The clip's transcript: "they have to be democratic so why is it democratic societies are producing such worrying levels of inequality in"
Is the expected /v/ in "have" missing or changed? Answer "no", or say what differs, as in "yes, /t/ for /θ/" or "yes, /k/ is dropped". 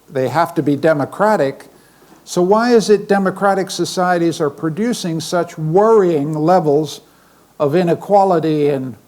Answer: yes, /f/ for /v/